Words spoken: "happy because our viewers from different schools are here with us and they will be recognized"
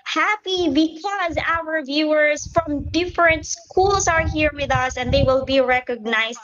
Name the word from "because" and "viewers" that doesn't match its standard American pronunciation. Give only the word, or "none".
none